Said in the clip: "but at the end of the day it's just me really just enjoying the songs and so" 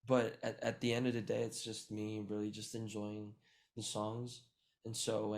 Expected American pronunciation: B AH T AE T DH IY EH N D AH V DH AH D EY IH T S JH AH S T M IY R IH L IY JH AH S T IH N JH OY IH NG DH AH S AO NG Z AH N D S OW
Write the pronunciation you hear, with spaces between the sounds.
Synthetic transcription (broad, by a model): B AH T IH T DH IY EH N D AH V DH AH D EY IH T S JH AH S T M IY R IH L IY JH AH S T IH N JH OY IH NG DH AH S AO NG Z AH N S OW